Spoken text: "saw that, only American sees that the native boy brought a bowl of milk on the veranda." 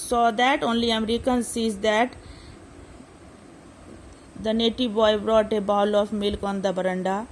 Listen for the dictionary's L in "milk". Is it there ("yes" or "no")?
yes